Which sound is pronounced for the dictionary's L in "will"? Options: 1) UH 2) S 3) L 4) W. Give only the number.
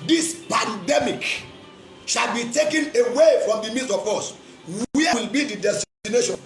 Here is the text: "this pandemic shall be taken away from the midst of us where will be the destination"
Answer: 3